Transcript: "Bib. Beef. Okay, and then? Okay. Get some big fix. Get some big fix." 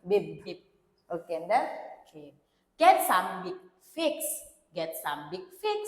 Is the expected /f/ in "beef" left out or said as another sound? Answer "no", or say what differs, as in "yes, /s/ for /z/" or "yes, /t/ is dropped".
yes, /p/ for /f/